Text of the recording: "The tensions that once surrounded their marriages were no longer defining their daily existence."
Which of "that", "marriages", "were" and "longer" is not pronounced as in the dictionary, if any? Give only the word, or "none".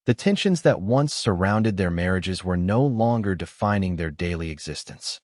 none